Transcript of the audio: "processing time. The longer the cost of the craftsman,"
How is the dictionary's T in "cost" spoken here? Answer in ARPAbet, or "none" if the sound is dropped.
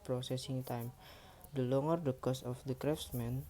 none